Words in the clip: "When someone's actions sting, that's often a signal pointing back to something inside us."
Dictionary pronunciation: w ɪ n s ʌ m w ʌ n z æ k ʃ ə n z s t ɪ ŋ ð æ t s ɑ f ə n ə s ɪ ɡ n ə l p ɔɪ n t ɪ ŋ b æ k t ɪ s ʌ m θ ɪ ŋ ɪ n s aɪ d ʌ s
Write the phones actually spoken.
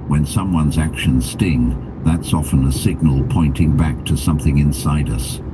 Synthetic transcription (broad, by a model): w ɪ n s ʌ m w ʌ n z æ k ʃ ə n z s t ɪ ŋ ð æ t s ɑ f ə n ə s ɪ ɡ n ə l p ɔɪ n t ɪ ŋ b æ k t ɪ s ʌ m θ ɪ ŋ ɪ n s aɪ d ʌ s